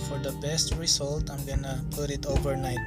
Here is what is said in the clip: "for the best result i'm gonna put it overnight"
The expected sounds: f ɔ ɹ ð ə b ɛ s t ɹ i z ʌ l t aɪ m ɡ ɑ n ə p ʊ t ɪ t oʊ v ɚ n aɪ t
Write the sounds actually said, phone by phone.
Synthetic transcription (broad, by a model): f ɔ ɹ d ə b ɛ s t ɹ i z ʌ l t aɪ m ɡ ɑ n ə p ʊ t ɪ t oʊ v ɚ n aɪ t